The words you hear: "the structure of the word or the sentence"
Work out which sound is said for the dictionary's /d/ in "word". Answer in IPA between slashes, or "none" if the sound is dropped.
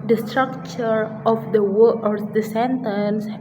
none